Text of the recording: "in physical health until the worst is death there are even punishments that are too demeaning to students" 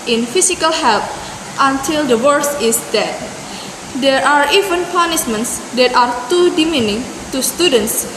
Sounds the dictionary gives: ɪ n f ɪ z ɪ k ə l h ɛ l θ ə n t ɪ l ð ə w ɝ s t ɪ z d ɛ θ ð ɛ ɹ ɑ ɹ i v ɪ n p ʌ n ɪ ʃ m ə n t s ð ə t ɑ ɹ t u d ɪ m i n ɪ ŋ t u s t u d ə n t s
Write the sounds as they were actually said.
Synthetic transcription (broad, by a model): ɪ n f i s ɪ k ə l h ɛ l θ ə n t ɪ l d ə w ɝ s ɪ s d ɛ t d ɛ ɹ ɑ ɹ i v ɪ n p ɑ n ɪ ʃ m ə n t s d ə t ɑ ɹ t u d ɪ m i n ɪ ŋ t u s t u d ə n t s